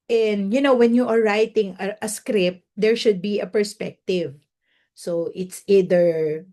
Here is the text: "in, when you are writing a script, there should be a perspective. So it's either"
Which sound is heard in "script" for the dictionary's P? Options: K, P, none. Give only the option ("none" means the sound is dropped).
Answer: P